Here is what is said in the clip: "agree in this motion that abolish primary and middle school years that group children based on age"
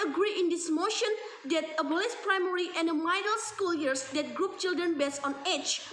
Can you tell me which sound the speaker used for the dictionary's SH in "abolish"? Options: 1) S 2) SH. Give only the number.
1